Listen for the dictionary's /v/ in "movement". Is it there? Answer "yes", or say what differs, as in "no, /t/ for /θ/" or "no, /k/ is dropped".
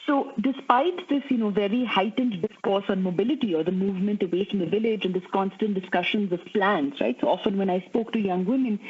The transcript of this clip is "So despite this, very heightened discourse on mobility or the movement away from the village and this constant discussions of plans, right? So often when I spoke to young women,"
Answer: yes